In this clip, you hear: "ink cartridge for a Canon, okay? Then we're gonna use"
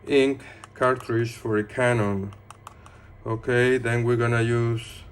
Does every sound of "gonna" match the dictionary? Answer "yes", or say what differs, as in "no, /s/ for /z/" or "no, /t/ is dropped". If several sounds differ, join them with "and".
yes